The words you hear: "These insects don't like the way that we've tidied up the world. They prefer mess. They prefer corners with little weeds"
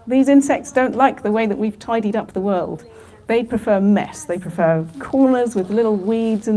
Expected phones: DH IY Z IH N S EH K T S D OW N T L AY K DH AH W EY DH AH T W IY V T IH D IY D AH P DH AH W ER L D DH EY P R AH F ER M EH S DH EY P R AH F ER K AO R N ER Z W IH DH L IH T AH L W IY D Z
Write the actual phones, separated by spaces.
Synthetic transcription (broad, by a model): DH IY Z IH N S EH K T S D OW N T L AY K DH AH W EY DH AH T W IY V T IH D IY D AH P DH AH W ER L D DH EY P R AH F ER M EH S DH EY P R AH F ER K AO R N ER Z W IH DH L IH T L W IY D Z